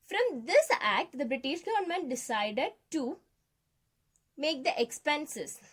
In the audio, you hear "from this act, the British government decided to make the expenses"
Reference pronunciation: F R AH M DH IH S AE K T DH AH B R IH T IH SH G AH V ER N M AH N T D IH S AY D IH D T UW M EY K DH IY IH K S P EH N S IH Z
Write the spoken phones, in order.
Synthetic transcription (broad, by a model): F R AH M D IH S AE K T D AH B R IH T IH SH G AH V ER N M AH N T D IH S AY D IH D T UW M EY K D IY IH K S P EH N S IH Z